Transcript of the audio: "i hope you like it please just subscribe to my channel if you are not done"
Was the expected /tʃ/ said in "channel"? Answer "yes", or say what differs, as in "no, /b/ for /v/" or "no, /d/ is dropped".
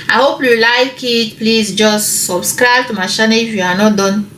no, /ʃ/ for /tʃ/